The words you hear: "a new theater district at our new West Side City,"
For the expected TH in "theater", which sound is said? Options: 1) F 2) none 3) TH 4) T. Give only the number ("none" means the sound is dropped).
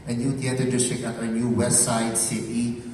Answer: 4